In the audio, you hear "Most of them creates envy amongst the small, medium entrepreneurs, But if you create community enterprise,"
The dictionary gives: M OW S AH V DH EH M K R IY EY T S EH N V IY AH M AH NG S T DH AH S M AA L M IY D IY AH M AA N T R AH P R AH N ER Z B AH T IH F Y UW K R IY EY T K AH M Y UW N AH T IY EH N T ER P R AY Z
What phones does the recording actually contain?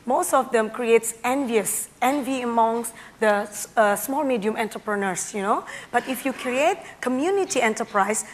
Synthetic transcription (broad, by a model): M OW S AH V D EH M K R IY EY T S EH N V IY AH M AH NG S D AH S M AA L M IY D IY AH M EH N T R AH P R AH N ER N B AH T IH F Y UW K R IY EY T K AH M Y UW N AH T IY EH N T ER P R AY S